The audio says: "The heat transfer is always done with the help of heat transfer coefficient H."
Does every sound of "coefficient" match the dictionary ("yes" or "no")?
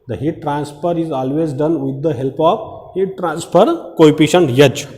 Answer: no